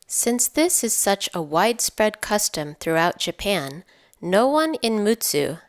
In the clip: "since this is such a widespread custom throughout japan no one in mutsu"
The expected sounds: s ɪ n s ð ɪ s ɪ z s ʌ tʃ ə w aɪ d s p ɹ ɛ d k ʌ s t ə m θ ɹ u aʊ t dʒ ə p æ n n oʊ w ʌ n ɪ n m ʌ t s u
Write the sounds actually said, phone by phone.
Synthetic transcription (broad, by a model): s ɪ n s ð ɪ s ɪ z s ʌ tʃ ə w aɪ d s p ɹ ɛ d k ʌ s t ə m θ ɹ u aʊ t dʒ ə p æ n n oʊ w ʌ n ɪ n m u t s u